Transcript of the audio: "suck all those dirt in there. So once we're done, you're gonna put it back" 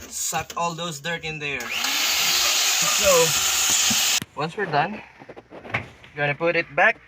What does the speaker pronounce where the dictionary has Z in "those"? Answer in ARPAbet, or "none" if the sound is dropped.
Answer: S